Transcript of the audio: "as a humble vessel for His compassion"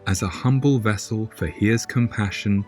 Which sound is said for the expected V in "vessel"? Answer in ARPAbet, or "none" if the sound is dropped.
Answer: V